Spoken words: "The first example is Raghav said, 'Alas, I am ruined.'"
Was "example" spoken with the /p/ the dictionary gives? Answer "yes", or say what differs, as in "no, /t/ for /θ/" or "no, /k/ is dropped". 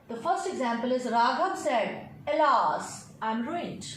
yes